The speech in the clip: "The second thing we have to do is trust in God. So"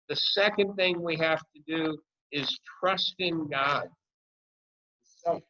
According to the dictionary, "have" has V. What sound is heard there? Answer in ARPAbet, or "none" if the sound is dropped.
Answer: F